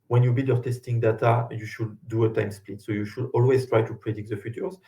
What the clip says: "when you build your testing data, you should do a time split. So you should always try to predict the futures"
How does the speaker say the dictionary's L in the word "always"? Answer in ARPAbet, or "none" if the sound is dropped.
L